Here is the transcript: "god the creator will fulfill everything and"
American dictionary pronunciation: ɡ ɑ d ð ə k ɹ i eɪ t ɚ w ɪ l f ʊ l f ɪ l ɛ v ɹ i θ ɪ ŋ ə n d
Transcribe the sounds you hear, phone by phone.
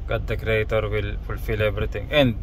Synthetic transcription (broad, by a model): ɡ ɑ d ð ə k ɹ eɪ t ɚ w ɪ l f ʊ l f ɪ l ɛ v ɹ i t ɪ ŋ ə n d